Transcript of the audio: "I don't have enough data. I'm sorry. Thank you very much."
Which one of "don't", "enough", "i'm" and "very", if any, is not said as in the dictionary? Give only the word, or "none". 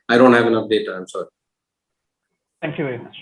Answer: enough